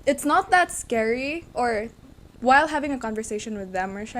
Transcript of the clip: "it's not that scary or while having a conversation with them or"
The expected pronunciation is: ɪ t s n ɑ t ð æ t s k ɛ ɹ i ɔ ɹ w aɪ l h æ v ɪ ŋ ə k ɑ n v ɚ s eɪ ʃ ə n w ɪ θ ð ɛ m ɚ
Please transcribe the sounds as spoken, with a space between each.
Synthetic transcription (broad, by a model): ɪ t s n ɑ t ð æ t s k ɛ ɹ i ɔ ɹ w aɪ l h æ v ɪ ŋ ə k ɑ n v ɚ s eɪ ʃ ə n w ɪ ð ɛ m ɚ